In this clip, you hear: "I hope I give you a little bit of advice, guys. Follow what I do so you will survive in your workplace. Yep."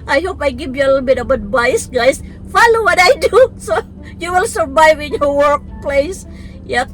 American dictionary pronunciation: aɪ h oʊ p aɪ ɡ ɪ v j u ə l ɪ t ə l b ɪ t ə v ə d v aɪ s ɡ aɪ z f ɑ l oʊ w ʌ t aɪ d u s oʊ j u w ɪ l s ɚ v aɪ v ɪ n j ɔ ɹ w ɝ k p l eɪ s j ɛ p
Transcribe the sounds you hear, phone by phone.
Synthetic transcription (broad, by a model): aɪ h oʊ p aɪ ɡ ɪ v j u ə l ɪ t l b ɪ t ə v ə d b aɪ s ɡ aɪ s f ɑ l oʊ w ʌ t aɪ d u s oʊ j u w ɪ l s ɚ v aɪ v ɪ n j ɔ ɹ w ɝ k p l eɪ s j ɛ